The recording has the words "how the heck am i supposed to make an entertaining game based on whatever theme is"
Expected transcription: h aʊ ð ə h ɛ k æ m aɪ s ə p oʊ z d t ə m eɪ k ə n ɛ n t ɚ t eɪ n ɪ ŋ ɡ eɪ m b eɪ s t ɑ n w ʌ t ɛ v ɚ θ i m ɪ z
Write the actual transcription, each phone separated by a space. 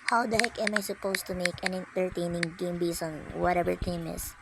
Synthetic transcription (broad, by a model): h aʊ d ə h ɛ k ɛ m aɪ s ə p oʊ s t ə m eɪ k ə n ɛ n t ɚ t eɪ n ɪ ŋ ɡ eɪ m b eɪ s ɑ n w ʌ t ɛ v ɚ t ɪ m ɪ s